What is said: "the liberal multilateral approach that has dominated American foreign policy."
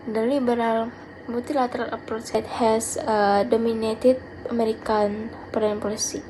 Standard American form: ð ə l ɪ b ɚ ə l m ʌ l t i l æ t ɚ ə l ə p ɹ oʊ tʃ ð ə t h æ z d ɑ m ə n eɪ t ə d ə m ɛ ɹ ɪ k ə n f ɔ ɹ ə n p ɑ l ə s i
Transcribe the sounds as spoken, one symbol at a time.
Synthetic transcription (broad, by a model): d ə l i b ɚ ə l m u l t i l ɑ t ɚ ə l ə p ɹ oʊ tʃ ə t h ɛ s d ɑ m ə n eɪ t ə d ə m ɛ ɹ ɪ k ə n p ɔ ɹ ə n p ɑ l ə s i